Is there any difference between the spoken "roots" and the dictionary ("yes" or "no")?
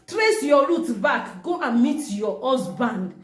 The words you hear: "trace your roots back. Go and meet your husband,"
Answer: yes